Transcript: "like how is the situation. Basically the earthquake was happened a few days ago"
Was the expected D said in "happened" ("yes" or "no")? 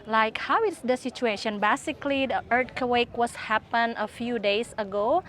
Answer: no